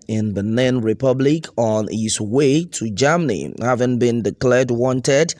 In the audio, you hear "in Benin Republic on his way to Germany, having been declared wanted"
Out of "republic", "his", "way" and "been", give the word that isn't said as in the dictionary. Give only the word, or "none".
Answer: his